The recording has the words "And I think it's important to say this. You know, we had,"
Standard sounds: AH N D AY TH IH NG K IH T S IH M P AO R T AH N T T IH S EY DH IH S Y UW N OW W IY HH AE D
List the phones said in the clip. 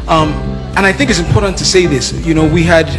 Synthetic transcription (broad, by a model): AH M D AY TH IH NG K IH T S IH M P AO R T N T T IH S EY DH IH S Y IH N OW W IY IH D